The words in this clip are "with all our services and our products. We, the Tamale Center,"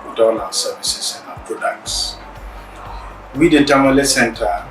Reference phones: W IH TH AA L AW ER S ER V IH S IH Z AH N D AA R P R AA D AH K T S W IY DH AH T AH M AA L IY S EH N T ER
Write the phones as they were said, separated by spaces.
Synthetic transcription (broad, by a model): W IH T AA N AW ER S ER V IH S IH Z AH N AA P R AA D AH K T S W IY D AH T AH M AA L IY S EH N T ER